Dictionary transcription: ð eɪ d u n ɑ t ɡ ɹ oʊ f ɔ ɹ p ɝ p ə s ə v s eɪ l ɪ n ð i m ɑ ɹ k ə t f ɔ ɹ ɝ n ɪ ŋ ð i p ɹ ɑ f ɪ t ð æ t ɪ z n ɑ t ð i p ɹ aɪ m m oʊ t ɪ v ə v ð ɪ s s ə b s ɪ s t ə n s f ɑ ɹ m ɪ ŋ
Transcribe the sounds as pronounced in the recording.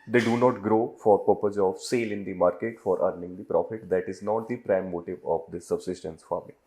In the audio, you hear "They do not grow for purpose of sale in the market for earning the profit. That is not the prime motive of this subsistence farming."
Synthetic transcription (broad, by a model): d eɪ d u n ɑ t ɡ ɹ oʊ f ɔ ɹ p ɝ p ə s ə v s eɪ l ɪ n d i m ɑ ɹ k ə t f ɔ ɹ ɝ n ɪ ŋ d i p ɹ ɑ f ɪ t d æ t ɪ z n ɑ t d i p ɹ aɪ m m oʊ t ɪ v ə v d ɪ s s ə b s ɪ s t ə n s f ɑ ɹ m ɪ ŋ